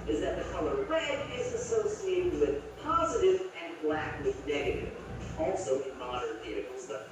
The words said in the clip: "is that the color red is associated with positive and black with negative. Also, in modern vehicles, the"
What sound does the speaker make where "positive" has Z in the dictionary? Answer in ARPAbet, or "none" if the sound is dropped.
Z